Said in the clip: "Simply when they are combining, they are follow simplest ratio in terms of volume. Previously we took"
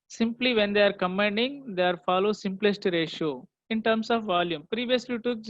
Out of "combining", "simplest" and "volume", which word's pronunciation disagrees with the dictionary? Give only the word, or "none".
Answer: combining